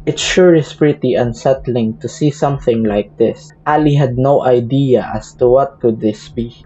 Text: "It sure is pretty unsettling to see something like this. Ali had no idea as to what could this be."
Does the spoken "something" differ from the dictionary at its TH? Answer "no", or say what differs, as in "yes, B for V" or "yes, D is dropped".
no